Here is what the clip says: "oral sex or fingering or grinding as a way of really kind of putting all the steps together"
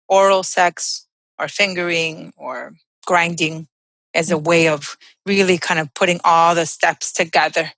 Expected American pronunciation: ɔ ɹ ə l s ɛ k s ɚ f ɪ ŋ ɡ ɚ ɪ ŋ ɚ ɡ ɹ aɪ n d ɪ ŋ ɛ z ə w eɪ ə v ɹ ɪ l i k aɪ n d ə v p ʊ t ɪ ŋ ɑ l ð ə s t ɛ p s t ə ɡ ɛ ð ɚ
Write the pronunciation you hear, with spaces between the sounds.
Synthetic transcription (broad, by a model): ɔ ɹ l s ɛ k s ɚ f ɪ ŋ ɡ ɚ ɪ ŋ ɚ ɡ ɹ aɪ n d ɪ ŋ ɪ z ə w eɪ ə v ɹ ɪ l i k aɪ n d ə v p ʊ t ɪ ŋ ɑ l ð ə s t ɛ p s t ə ɡ ɛ ð ɚ